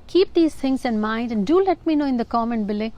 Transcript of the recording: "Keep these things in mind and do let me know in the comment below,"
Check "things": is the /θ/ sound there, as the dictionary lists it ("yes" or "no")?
no